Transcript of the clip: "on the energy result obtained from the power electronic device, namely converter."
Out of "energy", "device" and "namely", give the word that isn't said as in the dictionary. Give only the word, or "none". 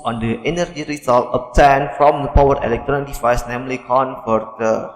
device